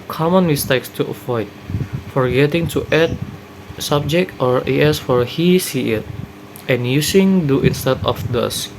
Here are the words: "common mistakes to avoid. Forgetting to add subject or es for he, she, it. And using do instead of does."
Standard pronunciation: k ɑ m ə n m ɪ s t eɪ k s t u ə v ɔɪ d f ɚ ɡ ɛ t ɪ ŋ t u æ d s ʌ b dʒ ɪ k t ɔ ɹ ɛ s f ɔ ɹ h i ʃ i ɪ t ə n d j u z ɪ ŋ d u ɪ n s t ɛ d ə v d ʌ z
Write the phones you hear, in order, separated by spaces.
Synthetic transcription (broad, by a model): k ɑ m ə n m ɪ s t eɪ k s t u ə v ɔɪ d f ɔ ɡ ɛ t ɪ ŋ t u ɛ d s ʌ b dʒ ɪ k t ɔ ɹ ɛ s f ɔ ɹ h i s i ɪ t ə n j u s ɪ ŋ d u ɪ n s t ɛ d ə f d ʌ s